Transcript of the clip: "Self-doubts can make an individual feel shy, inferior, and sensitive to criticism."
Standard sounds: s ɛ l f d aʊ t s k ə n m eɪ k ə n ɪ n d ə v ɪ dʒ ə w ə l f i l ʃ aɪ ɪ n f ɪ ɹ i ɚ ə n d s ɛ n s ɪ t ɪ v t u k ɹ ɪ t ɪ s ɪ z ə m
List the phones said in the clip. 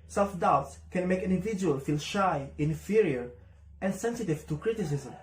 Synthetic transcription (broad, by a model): s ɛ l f d aʊ t s k ə n m eɪ ə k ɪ n d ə v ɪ dʒ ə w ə l f i l ʃ aɪ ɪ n f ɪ ɹ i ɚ ə n d s ɛ n s ɪ t ɪ v t u k ɹ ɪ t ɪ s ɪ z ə m